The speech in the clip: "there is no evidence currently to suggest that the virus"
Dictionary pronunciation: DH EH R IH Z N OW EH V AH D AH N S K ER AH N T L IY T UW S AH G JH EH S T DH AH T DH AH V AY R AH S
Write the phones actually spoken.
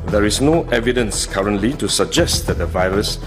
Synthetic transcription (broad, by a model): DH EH R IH S N OW EH V AH D AH N S K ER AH N T L IY T UW S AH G JH EH S T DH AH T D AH V AY R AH S